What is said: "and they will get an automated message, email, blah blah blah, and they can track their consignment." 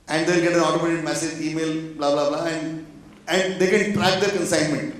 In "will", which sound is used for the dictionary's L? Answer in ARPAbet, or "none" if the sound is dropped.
N